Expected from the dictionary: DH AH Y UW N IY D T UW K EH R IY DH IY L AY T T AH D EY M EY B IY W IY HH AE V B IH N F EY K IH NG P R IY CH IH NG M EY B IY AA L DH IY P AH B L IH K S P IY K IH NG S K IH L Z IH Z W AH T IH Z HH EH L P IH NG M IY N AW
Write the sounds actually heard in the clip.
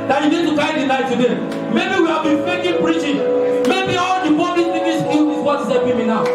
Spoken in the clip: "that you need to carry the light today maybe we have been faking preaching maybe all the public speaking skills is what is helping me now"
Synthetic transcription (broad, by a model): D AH Y UW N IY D T UW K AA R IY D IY N AY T T AH D EY M EY B IY W IY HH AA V B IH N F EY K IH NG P R IY CH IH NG M EY B IY AA L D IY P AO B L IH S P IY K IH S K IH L IH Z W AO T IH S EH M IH M IY N AW